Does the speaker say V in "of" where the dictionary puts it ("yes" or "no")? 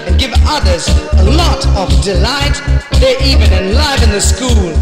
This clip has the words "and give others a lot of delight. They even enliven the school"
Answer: yes